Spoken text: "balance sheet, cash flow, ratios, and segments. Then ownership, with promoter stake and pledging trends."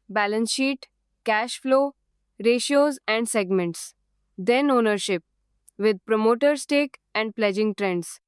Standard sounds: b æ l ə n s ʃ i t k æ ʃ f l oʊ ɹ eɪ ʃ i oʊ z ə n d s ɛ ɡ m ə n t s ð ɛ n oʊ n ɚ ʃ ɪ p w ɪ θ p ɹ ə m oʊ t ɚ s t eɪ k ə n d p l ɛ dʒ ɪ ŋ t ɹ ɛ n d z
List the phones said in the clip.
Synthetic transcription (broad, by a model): b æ l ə n s ʃ i t k æ ʃ f l oʊ ɹ eɪ ʃ i oʊ z ə n d s ɛ ɡ m ə n t s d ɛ n oʊ n ɚ ʃ ɪ p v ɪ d p ɹ ə m oʊ t ɚ s t eɪ k ə n d p l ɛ dʒ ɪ ŋ t ɹ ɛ n d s